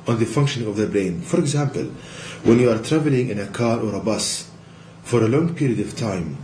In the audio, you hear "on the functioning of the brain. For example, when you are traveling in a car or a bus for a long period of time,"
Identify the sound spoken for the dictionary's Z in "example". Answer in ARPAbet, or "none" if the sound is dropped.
Z